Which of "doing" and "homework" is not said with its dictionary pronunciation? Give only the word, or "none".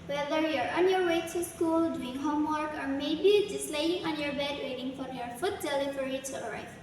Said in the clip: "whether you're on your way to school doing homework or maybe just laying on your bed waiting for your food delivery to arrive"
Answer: none